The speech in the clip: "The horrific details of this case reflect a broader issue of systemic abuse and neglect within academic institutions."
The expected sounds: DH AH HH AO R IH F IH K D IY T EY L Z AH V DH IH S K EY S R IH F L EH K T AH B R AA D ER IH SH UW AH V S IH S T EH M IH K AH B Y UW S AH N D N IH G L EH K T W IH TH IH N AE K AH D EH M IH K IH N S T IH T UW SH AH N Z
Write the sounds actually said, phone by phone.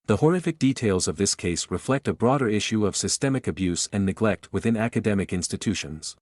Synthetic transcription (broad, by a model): DH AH HH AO R IH F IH K D IY T EY L Z AH V DH IH S K EY S R IH F L EH K T AH B R AA D ER IH SH UW AH V S IH S T EH M IH K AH B Y UW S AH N N IH G L EH K T W IH TH IH N AE K AH D EH M IH K IH N S T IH T UW SH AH N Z